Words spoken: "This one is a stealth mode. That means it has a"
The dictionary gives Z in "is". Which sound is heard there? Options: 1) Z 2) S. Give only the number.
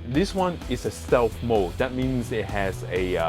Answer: 2